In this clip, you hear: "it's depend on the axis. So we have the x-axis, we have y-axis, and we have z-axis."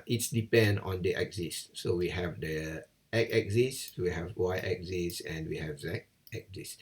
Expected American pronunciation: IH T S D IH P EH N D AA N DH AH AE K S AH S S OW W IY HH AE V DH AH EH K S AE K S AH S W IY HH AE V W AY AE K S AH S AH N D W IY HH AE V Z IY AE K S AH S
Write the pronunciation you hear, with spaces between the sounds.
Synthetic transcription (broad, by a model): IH T S D IH P EH N D AA N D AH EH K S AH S S OW W IY HH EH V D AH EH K EH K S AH S W IY HH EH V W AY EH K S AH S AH N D W IY HH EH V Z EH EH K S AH S